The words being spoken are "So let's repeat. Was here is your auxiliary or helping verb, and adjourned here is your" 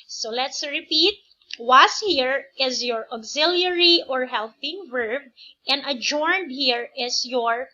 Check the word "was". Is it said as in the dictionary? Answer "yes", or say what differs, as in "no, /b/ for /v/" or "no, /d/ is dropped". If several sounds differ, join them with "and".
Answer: no, /s/ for /z/